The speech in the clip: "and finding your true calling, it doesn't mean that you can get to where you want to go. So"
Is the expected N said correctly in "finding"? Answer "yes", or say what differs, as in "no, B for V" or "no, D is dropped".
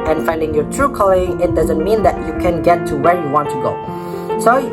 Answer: yes